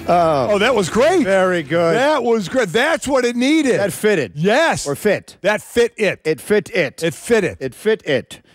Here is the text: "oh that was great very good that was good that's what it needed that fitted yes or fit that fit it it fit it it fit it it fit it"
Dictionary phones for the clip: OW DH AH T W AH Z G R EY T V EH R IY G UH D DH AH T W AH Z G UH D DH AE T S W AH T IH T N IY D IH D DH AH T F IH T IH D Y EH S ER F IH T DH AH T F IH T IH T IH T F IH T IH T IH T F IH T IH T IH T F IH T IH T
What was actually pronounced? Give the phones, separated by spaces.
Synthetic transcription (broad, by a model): OW DH AH T W AH Z G R EY T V EH R IY G UH D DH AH T W AH Z G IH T DH AE T S W AH T IH T N IY D IH D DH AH T F IH T IH D Y EH S ER F IH T DH AH T F IH T IH T IH T F IH T IH T IH T F IH T IH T IH T F IH T IH T